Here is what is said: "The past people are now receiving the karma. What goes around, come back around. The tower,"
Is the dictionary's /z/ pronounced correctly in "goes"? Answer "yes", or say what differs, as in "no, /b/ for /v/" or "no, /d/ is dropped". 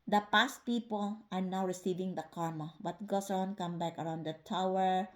no, /s/ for /z/